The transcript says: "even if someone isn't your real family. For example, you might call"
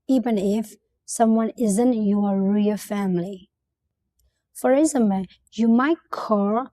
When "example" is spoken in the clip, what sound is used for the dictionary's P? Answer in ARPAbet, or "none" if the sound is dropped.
none